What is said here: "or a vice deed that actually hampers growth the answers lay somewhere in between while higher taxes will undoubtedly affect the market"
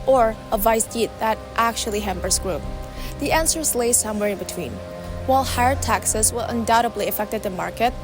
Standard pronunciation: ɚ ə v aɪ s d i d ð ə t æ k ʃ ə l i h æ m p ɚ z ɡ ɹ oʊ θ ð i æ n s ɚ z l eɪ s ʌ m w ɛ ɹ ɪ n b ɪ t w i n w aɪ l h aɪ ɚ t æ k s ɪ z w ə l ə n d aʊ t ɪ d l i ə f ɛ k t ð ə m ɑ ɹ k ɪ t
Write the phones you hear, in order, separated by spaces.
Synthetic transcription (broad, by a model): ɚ ə v aɪ s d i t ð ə t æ k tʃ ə l i h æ m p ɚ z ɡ ɹ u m ð i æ n s ɚ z l eɪ s ʌ m w ɛ ɹ ɪ n b ɪ t w i n w aɪ l h aɪ ɚ t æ k s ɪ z w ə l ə n d aʊ t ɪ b l i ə f ɛ k t ð ə m ɑ ɹ k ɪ t